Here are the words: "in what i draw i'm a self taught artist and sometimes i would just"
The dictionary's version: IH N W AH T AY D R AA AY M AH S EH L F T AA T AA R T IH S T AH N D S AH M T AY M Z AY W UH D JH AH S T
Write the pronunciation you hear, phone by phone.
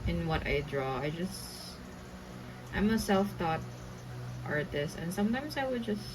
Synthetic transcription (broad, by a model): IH N W AH T AY D R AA AY M AH S EH L F T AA T AA R T IH S T AH N D S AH M T AY M S AY W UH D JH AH S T